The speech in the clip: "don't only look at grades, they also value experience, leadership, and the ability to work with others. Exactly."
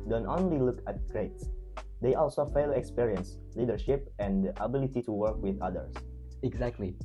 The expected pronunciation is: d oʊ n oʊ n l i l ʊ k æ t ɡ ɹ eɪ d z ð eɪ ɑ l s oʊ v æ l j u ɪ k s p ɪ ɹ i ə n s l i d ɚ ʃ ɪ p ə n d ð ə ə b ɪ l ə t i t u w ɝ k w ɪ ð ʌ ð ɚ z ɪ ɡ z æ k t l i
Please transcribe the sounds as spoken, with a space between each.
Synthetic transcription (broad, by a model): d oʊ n oʊ n l i l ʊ k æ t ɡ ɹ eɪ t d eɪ ɑ l s oʊ f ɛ l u k s p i ɹ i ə n s l i d ɚ ʃ ɪ p ə n d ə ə b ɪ l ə t i t u w ɝ k w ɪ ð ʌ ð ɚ s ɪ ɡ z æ k t l i